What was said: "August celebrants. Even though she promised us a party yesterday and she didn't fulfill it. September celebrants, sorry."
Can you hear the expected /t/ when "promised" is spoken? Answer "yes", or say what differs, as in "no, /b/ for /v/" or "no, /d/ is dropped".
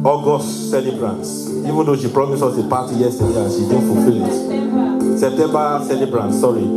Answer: no, /t/ is dropped